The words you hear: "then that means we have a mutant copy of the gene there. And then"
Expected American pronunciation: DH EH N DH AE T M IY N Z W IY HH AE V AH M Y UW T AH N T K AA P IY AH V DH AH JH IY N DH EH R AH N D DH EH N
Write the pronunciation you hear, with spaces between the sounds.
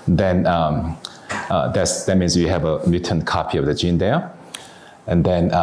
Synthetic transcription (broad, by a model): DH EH N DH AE T M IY N S W IY HH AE V AH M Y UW T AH N K AA P IY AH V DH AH JH IY N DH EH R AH N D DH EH N